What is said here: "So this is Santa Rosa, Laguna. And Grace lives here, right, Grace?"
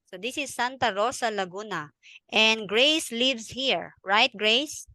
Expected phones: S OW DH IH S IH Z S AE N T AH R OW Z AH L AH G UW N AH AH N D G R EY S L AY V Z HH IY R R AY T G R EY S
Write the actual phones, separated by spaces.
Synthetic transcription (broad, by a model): S OW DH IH S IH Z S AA N T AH R OW S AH L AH G UW N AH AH N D G R EY S L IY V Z HH IY R R AY T G R EY S